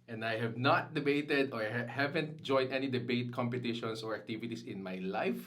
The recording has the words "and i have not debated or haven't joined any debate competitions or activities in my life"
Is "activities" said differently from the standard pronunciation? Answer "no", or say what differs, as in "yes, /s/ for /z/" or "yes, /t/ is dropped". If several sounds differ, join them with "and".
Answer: yes, /s/ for /z/